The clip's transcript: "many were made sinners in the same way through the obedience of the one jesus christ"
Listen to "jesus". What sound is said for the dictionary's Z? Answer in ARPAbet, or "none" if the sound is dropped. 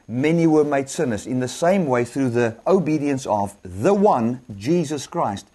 Z